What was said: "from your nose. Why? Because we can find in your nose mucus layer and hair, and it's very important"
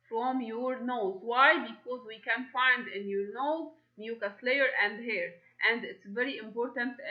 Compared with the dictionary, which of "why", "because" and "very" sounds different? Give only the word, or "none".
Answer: none